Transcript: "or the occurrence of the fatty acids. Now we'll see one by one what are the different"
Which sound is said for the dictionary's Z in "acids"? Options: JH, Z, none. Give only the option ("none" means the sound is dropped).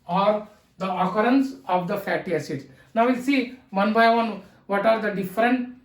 none